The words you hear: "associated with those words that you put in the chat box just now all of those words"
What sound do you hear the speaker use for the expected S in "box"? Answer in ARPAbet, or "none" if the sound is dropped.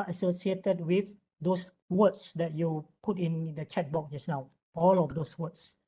none